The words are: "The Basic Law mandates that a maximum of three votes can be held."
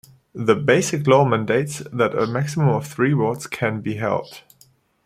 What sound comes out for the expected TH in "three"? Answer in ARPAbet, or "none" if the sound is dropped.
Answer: TH